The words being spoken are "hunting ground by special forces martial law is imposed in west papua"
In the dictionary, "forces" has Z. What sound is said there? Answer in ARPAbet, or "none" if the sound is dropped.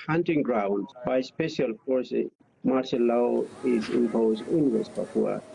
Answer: none